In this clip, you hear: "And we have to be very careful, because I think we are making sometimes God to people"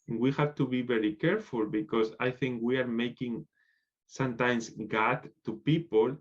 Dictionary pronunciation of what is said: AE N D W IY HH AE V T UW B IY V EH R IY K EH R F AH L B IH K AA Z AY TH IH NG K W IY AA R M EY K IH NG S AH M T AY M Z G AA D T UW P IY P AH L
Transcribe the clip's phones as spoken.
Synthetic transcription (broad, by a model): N W IY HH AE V T UW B IY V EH R IY K EH R F AH L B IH K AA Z AY TH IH NG K W IY AA R M EY K IH NG S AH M T AY M S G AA T UW P IY P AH L